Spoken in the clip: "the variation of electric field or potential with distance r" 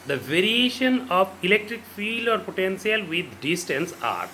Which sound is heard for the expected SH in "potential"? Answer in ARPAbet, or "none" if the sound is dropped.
S